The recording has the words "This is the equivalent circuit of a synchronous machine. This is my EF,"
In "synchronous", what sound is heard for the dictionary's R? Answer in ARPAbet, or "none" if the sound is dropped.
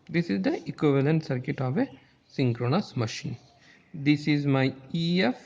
R